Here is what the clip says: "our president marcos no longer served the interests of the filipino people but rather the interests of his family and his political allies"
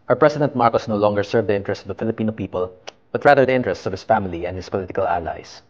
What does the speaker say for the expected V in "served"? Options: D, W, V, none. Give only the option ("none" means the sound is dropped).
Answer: V